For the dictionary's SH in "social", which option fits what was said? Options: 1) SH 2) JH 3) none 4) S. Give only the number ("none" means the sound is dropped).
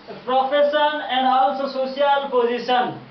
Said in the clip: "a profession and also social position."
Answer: 3